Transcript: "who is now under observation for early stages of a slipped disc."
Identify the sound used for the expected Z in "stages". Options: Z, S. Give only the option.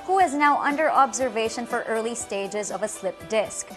Z